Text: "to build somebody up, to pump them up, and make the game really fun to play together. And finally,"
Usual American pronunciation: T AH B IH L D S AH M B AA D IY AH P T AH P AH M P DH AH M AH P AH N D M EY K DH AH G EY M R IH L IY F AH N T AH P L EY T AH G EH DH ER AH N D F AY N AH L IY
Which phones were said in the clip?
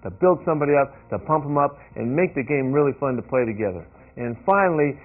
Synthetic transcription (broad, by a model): T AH B IH L D S AH M B AA D IY AH P T AH P AH M P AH M AH P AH N M EY K DH AH G EY M R IH L IY F AH N T AH P L EY T AH G EH DH ER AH N F AY N L IY